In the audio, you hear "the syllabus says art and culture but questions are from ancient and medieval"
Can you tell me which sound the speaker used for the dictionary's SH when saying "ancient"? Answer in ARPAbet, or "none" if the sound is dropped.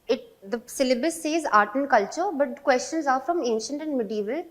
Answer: SH